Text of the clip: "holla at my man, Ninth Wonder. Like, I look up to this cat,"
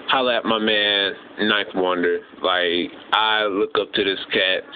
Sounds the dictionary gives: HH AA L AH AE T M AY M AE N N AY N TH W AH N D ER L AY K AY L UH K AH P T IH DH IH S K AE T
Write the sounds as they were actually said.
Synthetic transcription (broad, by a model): HH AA L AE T M AY M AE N N AY TH W AH N D ER L AY K AY L UH K AH P T IH DH IH S K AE T